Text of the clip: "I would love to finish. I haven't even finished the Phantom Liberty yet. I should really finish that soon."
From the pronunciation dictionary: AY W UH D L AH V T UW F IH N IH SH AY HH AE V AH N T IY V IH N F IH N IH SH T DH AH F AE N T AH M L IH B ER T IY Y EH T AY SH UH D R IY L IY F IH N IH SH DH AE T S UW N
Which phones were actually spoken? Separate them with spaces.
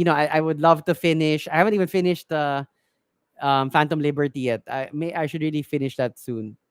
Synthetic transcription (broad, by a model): AY W UH D L AH V T UW F IH N IH SH AY HH AE V AH N T IY V IH N F IH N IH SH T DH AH F AE N T AH M L IH B ER T IY Y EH T AY SH UH D R IY L IY F IH N IH SH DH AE T S UW N